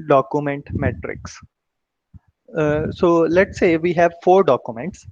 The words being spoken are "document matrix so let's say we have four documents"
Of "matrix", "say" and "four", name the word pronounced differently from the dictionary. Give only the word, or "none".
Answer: none